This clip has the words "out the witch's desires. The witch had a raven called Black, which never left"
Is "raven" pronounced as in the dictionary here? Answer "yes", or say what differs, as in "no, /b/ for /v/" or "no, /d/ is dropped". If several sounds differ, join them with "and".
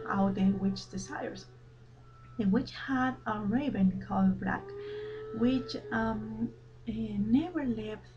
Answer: no, /b/ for /v/